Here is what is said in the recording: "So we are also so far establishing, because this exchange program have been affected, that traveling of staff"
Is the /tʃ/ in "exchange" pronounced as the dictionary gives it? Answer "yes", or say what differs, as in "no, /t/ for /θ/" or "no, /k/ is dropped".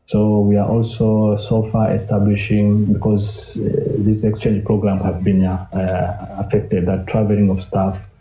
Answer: yes